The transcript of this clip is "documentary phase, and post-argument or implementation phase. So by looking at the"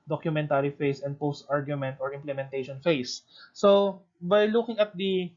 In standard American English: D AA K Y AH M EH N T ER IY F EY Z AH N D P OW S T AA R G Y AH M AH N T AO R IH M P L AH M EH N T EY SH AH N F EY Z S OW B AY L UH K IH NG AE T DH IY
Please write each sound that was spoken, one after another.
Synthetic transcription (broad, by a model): D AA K Y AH M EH N T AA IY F EY S AH N D P OW S T AA R G Y AH M AH N T AO R IH M P L AH M EH N T EY SH AH N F EY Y S OW B AY L UH K IH NG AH T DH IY